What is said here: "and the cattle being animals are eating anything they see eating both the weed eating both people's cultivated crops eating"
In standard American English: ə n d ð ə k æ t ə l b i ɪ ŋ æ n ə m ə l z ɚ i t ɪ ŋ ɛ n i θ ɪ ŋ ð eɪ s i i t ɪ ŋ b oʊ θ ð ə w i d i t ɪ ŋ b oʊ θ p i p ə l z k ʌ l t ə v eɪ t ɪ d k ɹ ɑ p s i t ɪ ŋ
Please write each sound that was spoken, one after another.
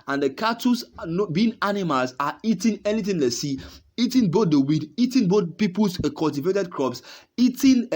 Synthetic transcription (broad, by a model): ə n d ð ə k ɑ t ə n b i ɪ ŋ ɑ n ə m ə l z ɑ i t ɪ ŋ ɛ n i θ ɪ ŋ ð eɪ s i i t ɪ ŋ b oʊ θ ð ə w i d i t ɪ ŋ b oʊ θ p i p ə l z k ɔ l t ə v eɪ t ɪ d k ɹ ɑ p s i t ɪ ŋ